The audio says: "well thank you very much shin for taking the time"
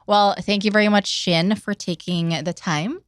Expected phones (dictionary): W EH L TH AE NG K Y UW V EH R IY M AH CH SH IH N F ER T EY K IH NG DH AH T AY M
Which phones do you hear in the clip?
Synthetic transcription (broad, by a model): W EH L TH AE NG K Y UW V EH R IY M AH CH SH IH N F ER T EY K IH NG DH AH T AY M